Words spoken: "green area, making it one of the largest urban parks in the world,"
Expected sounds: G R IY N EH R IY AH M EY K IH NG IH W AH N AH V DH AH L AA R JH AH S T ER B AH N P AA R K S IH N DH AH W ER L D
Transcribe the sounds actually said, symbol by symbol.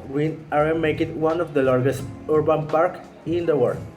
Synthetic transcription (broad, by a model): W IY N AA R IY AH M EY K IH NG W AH N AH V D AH L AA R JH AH S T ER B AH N P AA R K IH N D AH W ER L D